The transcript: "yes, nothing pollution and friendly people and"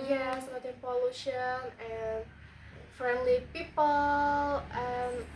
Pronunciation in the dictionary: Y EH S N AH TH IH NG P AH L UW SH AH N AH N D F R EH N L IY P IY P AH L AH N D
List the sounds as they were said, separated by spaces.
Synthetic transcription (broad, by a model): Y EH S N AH T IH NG P AH L UW SH AH N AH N F R EH N L IY P IY P AH L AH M